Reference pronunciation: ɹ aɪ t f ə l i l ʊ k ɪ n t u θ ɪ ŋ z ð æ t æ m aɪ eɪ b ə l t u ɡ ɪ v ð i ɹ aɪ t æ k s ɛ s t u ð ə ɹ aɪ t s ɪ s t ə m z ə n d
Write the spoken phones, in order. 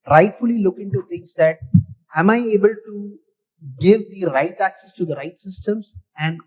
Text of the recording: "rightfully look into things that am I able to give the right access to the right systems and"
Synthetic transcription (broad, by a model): ɹ aɪ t f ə l i l ʊ k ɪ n t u t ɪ ŋ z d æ t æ m aɪ eɪ b ə l t u ɡ ɪ v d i ɹ aɪ t æ k s ɛ s t u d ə ɹ aɪ t s ɪ s t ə m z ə n d